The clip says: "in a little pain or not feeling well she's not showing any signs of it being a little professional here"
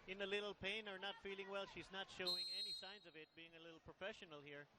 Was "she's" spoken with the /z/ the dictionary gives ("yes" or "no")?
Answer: yes